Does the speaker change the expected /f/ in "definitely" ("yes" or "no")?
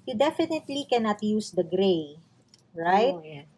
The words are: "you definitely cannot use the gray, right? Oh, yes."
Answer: no